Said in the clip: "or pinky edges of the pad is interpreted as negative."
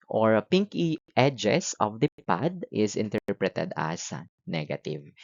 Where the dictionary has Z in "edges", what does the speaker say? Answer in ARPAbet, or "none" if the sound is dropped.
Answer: S